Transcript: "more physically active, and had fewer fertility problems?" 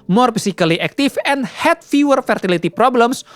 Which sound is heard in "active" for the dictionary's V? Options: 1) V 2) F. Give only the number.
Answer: 2